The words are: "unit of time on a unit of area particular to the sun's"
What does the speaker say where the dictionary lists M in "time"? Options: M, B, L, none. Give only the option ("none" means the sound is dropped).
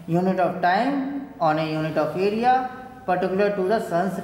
M